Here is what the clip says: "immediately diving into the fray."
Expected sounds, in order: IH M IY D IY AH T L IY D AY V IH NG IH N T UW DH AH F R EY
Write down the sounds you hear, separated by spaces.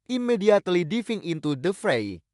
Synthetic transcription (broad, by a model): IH M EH D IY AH T L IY D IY F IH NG IH N T UW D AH F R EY